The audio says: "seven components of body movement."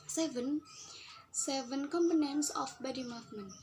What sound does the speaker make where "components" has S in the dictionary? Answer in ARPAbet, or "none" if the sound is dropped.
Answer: S